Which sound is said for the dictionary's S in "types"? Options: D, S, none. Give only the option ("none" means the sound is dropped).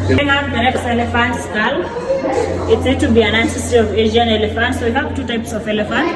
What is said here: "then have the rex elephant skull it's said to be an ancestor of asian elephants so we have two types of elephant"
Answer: S